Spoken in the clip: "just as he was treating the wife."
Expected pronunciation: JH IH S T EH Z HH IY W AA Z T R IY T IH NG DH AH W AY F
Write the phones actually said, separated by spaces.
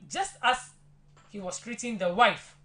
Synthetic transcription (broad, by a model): JH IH S T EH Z HH IY W AA S T R IY T IH NG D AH W AY F